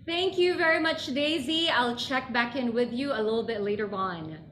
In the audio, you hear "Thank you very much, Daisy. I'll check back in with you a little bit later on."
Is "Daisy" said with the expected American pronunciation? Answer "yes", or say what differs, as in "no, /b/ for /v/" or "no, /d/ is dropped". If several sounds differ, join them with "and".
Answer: yes